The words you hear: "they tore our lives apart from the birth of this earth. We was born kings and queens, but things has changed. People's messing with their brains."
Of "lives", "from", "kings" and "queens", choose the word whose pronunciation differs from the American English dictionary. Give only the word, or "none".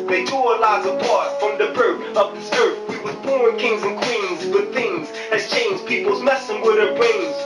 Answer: lives